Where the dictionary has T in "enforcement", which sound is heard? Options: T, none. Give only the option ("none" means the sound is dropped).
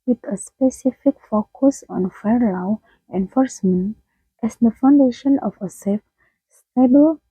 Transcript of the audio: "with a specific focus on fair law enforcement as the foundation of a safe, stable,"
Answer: T